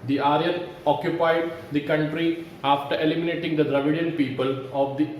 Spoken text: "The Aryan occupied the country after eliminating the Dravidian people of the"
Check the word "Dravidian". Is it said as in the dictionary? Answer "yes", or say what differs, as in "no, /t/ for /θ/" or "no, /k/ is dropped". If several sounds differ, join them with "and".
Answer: yes